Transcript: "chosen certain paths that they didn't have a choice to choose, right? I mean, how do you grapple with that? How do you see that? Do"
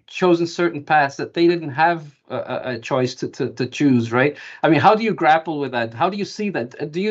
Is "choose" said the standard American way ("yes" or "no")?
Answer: yes